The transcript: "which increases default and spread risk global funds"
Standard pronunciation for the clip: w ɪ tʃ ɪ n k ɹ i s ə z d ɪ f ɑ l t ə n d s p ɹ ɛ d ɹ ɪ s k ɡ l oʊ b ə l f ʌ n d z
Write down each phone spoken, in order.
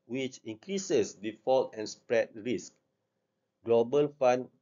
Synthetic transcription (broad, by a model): w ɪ tʃ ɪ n k ɹ i s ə s d ɪ f ɑ l t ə n s p ɹ ɛ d ɹ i s k ɡ l oʊ b ə l f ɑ n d